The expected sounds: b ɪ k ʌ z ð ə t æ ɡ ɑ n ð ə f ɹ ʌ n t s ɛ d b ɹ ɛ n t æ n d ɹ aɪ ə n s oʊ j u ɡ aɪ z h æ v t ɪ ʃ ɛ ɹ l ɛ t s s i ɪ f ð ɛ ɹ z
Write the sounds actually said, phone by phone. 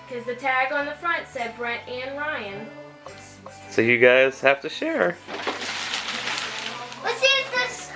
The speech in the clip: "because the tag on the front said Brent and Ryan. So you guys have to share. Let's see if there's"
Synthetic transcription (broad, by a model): k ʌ z ð ə t æ ɡ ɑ n ð ə f ɹ ʌ n t s ɛ d b ɹ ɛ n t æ n ɹ aɪ ə n s oʊ j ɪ ɡ aɪ z h æ f t ɪ ʃ ɛ ɹ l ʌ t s s i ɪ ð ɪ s